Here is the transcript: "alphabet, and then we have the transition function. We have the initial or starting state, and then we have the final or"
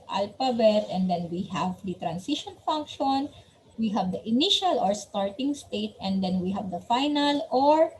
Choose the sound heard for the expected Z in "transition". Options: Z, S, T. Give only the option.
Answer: S